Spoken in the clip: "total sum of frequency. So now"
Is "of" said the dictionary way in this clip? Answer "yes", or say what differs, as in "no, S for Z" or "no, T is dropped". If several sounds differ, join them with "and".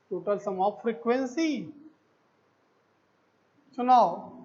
no, P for V